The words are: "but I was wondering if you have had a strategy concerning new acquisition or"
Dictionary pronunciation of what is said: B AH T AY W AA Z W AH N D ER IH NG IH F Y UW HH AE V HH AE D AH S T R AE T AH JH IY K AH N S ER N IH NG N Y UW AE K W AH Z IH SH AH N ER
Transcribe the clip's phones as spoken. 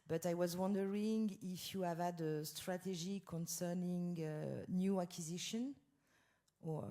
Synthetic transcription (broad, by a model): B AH T AY W AA Z W AH N D ER IH NG IH F Y UW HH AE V HH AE D AH S T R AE T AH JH IY K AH N S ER N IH NG N Y UW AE K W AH Z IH SH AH N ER